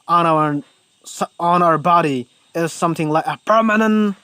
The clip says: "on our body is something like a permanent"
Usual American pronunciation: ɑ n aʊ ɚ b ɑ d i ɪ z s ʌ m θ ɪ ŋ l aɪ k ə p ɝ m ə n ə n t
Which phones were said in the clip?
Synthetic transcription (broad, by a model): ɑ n aʊ ɚ b ɑ d i ɪ z s ʌ m θ ɪ ŋ l aɪ k ə p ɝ m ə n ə n t